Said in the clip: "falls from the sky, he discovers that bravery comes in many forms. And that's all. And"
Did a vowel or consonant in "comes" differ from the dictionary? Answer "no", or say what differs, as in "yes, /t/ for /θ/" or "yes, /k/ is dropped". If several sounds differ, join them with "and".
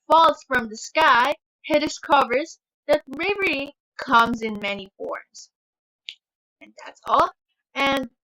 no